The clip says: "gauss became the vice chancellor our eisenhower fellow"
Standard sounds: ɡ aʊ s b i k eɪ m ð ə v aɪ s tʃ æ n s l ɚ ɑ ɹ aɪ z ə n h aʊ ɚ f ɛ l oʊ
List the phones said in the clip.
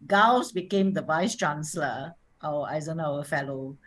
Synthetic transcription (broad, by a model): ɡ aʊ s b i k eɪ m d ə v aɪ s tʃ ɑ n s l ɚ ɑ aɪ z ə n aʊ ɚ f ɛ l oʊ